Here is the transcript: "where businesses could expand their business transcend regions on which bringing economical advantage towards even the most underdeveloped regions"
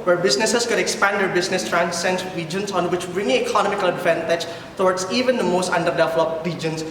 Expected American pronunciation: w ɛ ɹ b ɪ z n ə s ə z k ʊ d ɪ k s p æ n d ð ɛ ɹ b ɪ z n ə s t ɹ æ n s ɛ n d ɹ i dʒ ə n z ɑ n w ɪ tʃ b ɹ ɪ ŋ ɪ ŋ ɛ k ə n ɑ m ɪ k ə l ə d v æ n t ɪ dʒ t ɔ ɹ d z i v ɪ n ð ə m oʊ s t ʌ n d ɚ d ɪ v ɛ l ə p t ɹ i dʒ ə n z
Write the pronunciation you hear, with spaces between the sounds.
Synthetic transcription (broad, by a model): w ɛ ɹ b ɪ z n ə s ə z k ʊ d ɪ k s p æ n d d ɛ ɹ b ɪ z n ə s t ɹ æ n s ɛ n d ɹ i dʒ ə n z ɑ n w ɪ tʃ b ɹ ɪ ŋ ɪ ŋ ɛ k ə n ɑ m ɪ k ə l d f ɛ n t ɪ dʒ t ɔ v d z i v ɪ n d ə m oʊ s t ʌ n d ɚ d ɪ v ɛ l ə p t ɹ i dʒ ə n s